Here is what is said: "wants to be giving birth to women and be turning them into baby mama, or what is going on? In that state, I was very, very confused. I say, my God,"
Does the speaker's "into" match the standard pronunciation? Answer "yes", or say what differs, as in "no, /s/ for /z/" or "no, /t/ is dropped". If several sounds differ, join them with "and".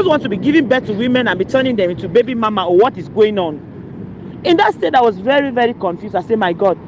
yes